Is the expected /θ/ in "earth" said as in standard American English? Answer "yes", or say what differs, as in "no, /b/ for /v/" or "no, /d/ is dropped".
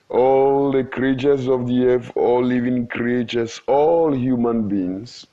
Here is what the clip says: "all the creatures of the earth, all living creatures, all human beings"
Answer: no, /f/ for /θ/